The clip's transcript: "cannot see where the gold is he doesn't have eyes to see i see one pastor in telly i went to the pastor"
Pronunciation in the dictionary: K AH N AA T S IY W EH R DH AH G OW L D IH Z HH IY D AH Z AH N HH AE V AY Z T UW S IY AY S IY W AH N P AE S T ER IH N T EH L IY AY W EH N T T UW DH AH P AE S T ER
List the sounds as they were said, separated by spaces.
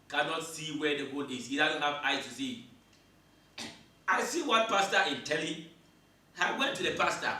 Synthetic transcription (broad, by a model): K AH N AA T S IY W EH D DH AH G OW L IH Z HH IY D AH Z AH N HH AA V AY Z T UW S IY AY S IY W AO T P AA S T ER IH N T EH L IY AY W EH N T T UW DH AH P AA S T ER